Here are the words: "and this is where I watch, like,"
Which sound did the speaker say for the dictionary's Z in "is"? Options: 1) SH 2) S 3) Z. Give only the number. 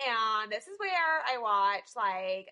3